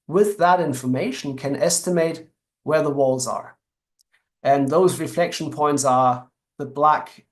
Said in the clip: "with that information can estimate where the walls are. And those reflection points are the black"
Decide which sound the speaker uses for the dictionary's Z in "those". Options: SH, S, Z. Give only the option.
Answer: Z